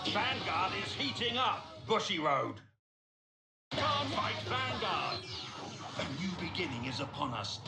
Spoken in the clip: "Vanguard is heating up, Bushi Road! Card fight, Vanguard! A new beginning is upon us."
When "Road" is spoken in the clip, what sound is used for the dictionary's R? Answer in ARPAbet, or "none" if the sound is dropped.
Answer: R